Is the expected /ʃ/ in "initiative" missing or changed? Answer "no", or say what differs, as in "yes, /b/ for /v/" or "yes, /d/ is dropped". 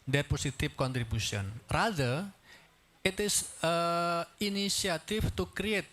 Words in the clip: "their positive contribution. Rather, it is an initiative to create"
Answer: yes, /ʃ/ is dropped